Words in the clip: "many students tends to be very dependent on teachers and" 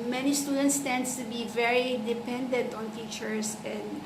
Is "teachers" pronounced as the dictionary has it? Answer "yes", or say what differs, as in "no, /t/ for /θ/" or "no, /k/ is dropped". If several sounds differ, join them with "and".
no, /s/ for /z/